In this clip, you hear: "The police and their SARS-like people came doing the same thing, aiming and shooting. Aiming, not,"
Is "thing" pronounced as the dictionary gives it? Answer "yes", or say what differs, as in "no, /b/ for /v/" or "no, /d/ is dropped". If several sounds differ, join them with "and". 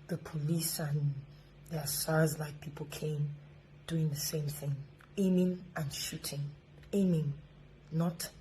yes